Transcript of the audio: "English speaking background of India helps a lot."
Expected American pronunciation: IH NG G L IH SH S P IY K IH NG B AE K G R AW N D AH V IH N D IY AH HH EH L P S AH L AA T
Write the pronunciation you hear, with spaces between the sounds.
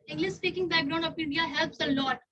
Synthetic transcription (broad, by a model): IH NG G L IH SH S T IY K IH NG B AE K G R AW N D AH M IH N D IY AH HH EH L P S AH L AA T